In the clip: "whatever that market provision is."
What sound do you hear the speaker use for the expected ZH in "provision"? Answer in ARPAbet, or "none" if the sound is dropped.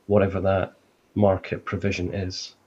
ZH